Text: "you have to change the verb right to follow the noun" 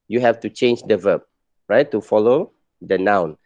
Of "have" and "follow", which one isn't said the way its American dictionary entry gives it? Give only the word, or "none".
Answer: have